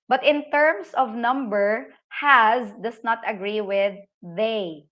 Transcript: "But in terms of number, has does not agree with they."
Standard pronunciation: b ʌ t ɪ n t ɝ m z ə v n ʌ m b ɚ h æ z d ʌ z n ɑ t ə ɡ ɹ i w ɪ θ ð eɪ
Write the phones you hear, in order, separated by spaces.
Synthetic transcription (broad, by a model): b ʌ t ɪ n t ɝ m s ə v n ʌ m b ɚ h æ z d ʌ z n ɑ t ə ɡ ɹ i w ɪ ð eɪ